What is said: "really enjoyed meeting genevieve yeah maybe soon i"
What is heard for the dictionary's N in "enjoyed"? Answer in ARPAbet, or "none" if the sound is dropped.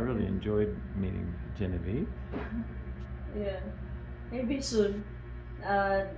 N